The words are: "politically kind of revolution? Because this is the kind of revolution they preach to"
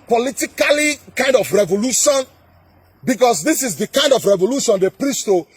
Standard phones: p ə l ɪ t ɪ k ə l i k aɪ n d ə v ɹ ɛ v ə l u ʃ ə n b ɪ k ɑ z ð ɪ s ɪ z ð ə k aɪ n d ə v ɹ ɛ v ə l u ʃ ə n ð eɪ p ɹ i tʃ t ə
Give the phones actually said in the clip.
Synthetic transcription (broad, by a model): p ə l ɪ t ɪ k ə l i k aɪ n d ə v ɹ ɛ v ə l u ʃ ə n b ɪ k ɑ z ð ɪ s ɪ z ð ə k aɪ n d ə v ɹ ɛ v ə l u ʃ ə n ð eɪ p ɹ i s t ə